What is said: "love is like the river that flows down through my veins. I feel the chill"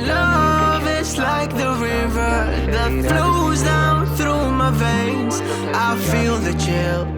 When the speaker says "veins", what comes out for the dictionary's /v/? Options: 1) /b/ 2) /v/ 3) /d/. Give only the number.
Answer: 2